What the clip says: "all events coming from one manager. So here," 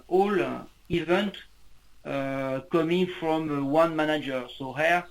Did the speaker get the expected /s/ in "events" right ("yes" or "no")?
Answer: no